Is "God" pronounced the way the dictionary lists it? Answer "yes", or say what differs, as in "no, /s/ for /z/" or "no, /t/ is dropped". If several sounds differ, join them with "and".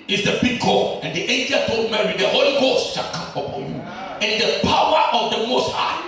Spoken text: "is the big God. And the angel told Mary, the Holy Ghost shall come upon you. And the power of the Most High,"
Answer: no, /d/ is dropped